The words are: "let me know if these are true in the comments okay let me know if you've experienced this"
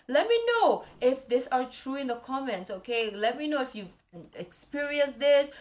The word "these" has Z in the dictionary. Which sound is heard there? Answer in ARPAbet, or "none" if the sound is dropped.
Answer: S